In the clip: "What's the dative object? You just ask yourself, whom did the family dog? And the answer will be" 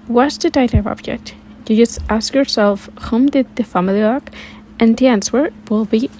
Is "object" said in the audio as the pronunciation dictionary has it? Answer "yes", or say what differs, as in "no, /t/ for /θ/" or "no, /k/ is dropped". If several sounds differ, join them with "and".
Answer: yes